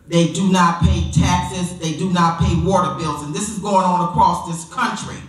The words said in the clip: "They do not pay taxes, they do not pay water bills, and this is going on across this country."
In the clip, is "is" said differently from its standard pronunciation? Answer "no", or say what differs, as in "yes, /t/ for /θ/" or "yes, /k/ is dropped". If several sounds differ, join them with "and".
no